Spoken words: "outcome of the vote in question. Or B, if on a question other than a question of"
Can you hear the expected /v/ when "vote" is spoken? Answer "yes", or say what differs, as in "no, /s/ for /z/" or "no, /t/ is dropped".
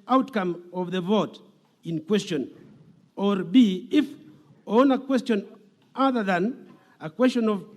yes